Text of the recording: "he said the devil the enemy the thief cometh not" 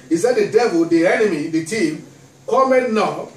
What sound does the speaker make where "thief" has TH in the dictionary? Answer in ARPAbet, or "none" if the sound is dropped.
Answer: T